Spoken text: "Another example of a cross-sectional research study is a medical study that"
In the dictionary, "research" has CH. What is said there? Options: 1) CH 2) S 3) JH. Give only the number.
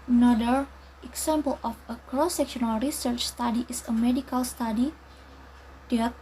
1